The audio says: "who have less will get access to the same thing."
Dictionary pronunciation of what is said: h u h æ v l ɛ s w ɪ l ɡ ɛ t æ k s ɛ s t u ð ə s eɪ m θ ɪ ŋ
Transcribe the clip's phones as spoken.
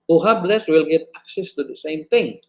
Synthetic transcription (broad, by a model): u h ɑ b l ɛ s w ɪ l ɡ ɛ t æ k s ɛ s t u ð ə s eɪ m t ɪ ŋ